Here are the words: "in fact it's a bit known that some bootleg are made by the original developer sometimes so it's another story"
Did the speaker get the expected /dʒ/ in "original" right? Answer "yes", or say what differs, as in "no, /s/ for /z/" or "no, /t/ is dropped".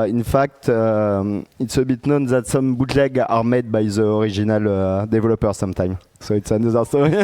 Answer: no, /ʒ/ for /dʒ/